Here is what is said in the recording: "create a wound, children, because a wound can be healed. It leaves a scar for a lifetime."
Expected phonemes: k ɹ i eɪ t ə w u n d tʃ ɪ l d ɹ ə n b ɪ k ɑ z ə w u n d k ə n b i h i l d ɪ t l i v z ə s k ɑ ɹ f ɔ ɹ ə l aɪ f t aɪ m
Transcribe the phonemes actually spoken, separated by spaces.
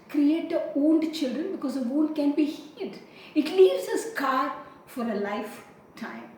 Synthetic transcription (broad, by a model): k ɹ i eɪ t ə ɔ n d tʃ ɪ l d ɹ ə n b ɪ k ɑ z ə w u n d k ə n b i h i d ɪ t l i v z ə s k ɑ ɹ f ɔ ɹ ə l aɪ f t aɪ m